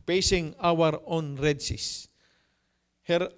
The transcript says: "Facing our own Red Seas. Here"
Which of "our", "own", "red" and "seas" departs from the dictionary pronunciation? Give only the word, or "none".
seas